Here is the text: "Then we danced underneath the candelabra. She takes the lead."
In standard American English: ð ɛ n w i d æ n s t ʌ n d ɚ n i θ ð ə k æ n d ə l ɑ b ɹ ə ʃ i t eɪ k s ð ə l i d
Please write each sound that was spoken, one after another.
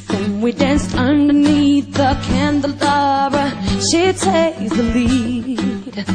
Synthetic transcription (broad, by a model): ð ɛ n w i d æ n s t ʌ n d ɚ n i θ ð ə k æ n d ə l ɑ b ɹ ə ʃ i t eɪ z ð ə l i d